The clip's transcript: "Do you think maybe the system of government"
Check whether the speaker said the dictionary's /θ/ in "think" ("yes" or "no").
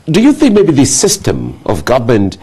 yes